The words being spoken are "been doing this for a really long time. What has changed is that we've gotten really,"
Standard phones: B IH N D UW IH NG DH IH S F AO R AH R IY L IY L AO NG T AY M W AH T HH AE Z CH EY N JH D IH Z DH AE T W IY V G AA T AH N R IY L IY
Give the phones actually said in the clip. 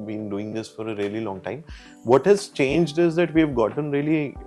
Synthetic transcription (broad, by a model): B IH N D UW IH NG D IH S F AO R AH R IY L IY L AO NG T AY M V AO T HH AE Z CH EY N JH D IH Z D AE T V IY V G AA T AH N R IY L IY